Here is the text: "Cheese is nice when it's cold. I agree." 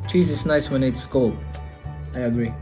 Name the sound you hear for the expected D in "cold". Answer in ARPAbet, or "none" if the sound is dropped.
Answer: none